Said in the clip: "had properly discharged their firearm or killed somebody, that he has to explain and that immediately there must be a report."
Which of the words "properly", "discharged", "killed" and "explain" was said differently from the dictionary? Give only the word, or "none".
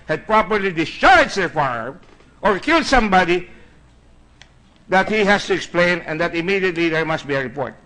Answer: discharged